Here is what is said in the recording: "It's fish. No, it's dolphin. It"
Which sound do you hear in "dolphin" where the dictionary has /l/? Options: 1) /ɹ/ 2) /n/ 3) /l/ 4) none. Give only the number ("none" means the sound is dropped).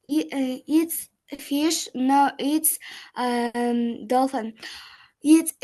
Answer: 3